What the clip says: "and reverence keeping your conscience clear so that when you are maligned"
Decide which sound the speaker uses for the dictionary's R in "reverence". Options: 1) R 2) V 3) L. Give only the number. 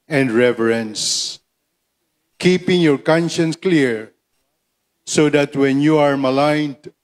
1